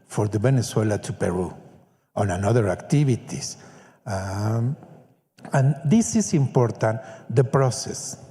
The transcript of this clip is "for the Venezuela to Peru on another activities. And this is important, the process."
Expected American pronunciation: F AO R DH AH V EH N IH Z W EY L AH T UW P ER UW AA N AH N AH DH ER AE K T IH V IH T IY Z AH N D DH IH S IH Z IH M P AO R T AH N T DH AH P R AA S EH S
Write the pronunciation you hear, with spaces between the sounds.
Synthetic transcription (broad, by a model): F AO R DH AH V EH N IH S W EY L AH T UW P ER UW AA N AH N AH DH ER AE K T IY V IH T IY S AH N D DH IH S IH S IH M P AO R T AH N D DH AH P R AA S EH S